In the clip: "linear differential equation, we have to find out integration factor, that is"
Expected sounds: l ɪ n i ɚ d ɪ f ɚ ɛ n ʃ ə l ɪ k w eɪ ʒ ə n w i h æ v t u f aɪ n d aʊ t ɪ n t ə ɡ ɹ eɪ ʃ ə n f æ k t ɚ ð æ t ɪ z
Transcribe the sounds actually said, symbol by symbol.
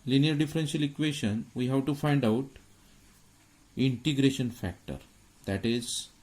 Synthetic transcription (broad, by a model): l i n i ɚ d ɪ f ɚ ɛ n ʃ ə l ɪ k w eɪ ʃ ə n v i h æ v t u f aɪ n d aʊ t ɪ n t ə ɡ ɹ eɪ ʃ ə n f æ k t ɚ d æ t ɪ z